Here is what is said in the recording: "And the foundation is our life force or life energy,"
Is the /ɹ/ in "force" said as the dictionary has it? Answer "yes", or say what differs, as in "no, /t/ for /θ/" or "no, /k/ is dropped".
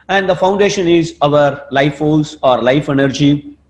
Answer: no, /l/ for /ɹ/